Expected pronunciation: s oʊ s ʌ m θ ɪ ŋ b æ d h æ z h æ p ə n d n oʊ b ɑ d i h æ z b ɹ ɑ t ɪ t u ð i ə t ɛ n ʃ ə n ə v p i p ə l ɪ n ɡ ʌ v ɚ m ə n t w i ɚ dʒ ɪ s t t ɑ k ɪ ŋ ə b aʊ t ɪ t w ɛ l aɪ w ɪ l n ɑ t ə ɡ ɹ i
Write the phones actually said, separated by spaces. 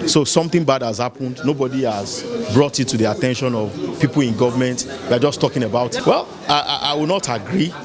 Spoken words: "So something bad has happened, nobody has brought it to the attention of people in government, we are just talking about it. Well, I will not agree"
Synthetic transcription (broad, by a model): s oʊ s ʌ m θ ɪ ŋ b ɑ d h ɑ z h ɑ p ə n d n oʊ b ɑ d i h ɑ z b ɹ ɑ t ɪ t u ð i ə t ɛ n ʃ ə n ə v p i p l ɪ n ɡ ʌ v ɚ m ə n t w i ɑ dʒ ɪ s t t ɑ k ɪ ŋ ə b aʊ t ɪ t w ɛ l aɪ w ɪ w n ɑ t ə ɡ ɹ i